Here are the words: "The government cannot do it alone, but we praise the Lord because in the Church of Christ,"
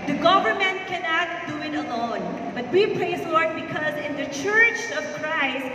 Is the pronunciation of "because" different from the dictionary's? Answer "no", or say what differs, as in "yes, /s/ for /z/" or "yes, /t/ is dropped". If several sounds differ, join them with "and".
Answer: no